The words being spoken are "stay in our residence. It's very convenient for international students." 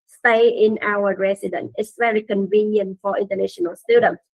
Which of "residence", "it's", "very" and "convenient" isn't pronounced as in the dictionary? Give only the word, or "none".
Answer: residence